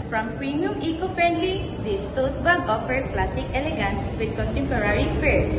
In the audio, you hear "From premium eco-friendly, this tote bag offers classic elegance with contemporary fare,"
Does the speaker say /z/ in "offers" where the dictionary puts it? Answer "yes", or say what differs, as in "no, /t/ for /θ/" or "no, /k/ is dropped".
no, /z/ is dropped